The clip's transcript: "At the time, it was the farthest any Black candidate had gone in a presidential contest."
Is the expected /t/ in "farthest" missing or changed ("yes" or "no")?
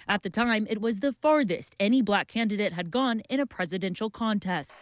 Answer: no